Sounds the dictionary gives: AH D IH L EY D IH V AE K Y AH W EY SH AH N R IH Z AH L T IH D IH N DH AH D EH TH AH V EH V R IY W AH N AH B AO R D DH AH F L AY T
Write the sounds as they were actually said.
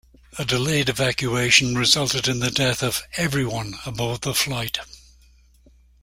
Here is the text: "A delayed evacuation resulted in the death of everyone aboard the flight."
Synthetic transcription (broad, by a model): AH D IH L EY D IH V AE K Y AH EY SH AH N R IH Z AH L T IH D IH N DH AH D EH TH AH V EH V R IY W AH N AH B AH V DH AH F L AY T